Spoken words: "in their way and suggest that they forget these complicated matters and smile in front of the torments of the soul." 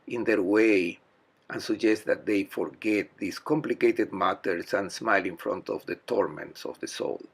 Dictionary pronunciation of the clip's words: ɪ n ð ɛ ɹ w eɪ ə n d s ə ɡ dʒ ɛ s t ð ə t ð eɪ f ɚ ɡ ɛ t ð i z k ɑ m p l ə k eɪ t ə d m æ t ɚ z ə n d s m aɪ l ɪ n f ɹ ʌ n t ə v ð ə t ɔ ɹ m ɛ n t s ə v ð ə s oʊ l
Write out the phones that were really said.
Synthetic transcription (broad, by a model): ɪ n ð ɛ ɹ w eɪ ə n s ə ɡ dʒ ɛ s t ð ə t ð eɪ f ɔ ɡ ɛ t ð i s k ɑ m p l ə k eɪ t ə d m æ t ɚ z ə n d s m aɪ l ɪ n f ɹ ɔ n t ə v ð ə t ɔ ɹ m ɛ n t s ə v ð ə s oʊ l